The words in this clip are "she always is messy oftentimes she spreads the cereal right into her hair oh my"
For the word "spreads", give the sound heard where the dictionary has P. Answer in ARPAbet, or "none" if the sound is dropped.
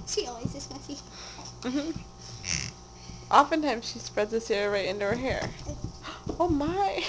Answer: P